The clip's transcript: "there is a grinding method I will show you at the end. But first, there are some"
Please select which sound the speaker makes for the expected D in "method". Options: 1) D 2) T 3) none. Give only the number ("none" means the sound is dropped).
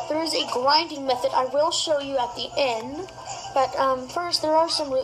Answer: 1